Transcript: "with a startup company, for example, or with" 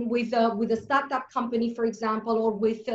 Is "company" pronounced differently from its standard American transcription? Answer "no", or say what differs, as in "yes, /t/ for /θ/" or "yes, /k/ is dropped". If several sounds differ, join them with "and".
no